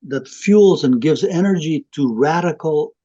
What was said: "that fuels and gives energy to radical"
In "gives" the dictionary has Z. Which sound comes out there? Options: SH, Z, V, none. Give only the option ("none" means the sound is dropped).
Z